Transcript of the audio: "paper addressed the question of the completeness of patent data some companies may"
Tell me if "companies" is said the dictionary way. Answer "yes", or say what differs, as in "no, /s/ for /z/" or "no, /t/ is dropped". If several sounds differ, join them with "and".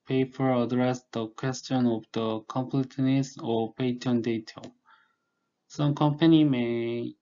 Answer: no, /z/ is dropped